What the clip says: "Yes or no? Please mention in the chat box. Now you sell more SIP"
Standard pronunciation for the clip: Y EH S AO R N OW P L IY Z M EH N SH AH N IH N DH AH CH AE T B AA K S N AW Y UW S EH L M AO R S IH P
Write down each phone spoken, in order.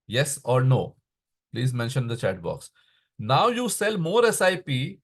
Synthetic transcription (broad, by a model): Y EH S AO R N OW P L IY Z M EH N SH AH N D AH CH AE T B AA K S N AW Y UW S EH L M AO R S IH P